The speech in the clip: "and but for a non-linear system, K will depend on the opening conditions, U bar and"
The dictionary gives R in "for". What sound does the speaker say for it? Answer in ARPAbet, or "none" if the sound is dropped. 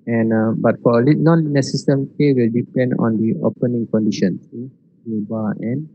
L